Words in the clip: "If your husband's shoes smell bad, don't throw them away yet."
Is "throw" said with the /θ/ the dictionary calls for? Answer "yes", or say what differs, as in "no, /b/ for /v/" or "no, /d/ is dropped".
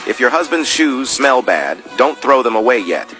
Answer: yes